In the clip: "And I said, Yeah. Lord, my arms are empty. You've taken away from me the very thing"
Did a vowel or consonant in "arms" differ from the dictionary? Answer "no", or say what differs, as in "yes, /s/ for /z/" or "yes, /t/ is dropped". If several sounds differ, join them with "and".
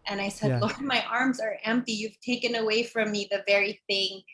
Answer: no